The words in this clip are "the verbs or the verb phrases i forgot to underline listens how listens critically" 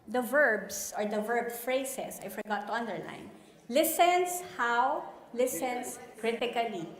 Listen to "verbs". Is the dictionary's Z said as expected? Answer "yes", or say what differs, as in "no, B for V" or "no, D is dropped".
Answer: no, S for Z